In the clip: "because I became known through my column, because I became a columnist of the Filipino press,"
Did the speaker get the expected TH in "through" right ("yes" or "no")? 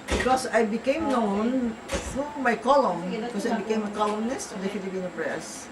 no